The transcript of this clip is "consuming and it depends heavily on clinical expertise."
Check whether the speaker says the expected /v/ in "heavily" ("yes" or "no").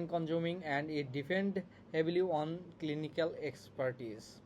no